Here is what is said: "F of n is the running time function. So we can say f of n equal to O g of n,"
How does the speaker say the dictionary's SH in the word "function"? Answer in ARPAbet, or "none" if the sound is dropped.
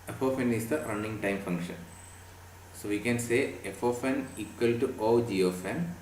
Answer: SH